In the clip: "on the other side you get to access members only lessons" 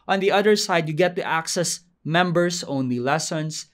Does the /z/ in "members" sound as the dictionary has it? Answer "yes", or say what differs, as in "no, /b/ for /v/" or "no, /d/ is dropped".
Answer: no, /s/ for /z/